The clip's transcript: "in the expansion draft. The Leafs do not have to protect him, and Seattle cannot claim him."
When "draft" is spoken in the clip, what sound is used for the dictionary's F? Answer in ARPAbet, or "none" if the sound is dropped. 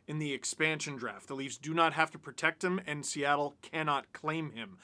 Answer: F